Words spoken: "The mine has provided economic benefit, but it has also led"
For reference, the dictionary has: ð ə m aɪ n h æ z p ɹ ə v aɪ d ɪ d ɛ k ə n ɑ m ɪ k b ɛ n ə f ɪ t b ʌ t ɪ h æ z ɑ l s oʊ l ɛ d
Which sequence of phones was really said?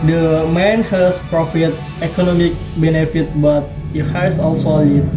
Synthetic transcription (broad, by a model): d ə m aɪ n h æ s p ɹ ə f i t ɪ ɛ k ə n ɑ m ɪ k b ɛ n ə f ɪ t b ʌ t ɪ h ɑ s ɑ l s oʊ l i